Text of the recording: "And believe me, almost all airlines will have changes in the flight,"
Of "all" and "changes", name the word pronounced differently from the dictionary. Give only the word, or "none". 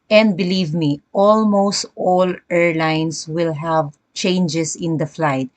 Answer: changes